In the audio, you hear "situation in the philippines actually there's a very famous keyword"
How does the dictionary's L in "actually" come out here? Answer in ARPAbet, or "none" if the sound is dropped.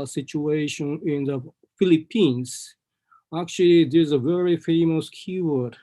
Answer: L